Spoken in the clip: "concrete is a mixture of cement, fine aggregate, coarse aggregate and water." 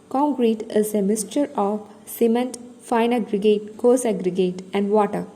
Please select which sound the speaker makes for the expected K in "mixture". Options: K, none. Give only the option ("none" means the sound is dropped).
none